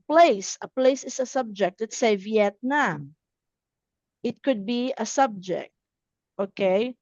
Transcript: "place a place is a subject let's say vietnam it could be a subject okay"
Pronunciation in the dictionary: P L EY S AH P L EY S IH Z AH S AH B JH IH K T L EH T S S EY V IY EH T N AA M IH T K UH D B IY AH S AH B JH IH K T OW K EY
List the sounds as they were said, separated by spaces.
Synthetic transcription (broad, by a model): P L EY S AH P L EY S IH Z AH S AH B JH IH K T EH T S S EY V IY EH T N AA M IH T K UH D B IY AH S AH B JH IH K T OW K EY